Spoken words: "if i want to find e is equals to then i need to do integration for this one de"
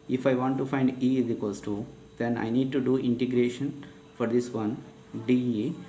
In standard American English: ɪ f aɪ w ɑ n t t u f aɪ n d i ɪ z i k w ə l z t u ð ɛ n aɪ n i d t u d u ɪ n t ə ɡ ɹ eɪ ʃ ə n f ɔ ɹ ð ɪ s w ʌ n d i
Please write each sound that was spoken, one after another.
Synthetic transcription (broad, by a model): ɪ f aɪ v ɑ n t t u f aɪ n d i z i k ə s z t u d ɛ n aɪ n i d t u d u ɪ n t ə ɡ ɹ eɪ ʃ ə n f ɔ ɹ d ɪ s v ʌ n d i